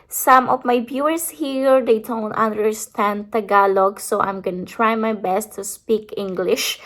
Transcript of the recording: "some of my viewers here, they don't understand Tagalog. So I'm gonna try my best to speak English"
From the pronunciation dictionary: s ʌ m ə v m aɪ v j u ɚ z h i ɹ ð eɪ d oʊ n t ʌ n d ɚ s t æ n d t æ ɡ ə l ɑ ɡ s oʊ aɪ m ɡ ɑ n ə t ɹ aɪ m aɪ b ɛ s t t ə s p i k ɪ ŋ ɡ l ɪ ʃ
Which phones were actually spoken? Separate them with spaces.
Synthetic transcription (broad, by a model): s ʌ m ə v m aɪ b j u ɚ s h i ɹ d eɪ d oʊ n t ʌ n d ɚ s t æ n d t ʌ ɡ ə l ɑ ɡ s oʊ aɪ m ɡ ɑ n ə t ɹ aɪ m aɪ b ɛ s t t ə s p i k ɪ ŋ ɡ l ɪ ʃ